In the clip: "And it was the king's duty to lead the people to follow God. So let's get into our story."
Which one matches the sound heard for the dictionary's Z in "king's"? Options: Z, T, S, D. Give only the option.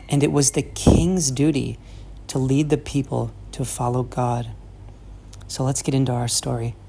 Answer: Z